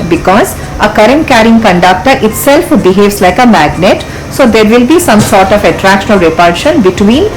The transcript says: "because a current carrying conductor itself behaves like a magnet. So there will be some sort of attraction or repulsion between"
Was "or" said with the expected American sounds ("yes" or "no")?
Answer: no